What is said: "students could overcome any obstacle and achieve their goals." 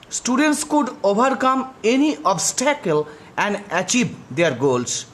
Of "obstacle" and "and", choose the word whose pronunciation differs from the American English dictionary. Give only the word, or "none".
none